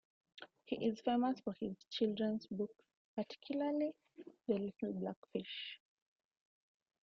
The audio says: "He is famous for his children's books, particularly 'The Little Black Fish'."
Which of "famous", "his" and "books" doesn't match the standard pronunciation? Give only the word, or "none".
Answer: books